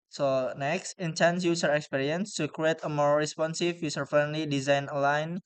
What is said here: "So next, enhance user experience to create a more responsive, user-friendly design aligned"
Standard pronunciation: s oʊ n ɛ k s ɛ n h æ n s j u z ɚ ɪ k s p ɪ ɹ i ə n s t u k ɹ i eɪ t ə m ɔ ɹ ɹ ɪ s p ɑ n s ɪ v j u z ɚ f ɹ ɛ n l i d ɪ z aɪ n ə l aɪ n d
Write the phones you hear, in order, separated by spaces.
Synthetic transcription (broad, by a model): s oʊ n ɛ k s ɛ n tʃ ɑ n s j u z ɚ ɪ k s p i ɹ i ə n s t u k ɹ i eɪ t ə m ɔ ɹ ɹ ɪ s p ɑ n s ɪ f j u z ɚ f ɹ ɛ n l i d ɪ z aɪ n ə l aɪ n